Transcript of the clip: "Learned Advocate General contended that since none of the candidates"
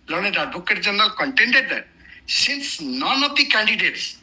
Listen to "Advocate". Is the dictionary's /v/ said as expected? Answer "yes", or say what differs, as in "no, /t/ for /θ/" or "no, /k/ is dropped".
no, /b/ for /v/